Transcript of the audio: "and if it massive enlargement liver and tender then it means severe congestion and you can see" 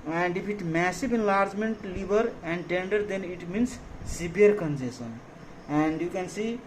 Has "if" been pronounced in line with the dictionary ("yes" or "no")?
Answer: no